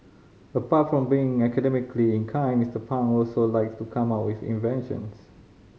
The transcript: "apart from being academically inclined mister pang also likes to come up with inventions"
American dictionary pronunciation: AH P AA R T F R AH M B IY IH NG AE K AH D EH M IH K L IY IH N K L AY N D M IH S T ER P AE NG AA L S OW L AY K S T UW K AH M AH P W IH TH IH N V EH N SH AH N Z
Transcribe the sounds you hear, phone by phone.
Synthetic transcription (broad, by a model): AH P AA T F R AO M B IY IH NG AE K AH D EH M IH K L IY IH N K AY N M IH S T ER P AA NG AA L S OW L AY K S T UW K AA M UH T W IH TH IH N V EH N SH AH N S